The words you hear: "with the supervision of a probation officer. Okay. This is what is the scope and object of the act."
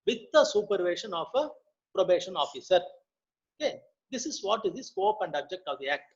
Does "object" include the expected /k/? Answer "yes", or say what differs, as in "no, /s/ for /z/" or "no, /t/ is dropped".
yes